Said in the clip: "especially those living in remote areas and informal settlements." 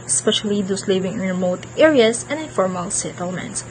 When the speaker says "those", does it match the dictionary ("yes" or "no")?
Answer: no